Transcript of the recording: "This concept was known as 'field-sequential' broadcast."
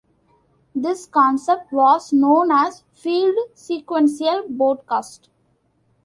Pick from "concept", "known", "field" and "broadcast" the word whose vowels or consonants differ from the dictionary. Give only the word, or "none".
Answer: broadcast